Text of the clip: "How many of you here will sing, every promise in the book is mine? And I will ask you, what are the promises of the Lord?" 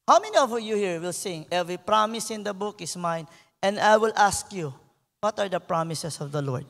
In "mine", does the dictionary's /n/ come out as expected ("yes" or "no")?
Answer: yes